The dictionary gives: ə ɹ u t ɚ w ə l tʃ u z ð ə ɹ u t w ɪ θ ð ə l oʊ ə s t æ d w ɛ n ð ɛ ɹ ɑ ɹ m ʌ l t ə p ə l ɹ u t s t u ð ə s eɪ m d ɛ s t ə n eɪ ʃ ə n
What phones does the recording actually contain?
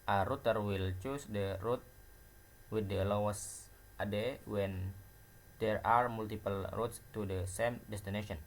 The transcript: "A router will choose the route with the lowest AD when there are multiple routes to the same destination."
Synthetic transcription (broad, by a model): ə ɹ u t ɚ w ə l tʃ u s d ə ɹ u t w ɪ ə l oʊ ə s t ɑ d w ɛ n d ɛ ɹ ɑ ɹ m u l t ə p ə l ɹ u t s t u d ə s eɪ m d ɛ s t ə n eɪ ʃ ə n